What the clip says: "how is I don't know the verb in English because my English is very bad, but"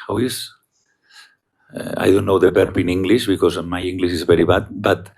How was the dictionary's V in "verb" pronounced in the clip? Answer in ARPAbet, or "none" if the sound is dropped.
B